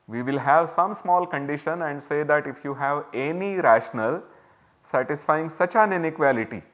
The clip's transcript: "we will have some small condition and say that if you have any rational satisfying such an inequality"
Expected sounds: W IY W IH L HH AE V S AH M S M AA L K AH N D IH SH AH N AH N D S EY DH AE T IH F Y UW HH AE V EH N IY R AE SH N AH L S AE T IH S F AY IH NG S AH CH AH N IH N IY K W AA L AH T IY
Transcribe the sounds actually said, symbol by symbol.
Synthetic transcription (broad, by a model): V IY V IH L HH AE V S AH M S M AA L K AH N D IH SH AH N AH N D S EY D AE T IH F Y UW HH AE V EH N IY R AE SH N AH L S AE T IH S F AY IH NG S AH CH AH N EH N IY K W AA L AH T IY